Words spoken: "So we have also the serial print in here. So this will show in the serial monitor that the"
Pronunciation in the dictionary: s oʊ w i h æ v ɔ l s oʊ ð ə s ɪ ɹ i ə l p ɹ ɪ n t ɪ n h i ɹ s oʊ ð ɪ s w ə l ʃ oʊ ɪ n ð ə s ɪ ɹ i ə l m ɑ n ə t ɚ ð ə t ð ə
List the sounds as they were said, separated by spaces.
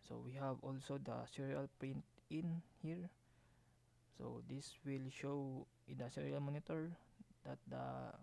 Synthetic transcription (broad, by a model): s oʊ w i h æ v ɔ l s oʊ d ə s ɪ ɹ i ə l p ɹ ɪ n t ɪ n h i ɹ s oʊ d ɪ s w ə l ʃ oʊ ɪ n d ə s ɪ ɹ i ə l m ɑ n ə t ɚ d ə t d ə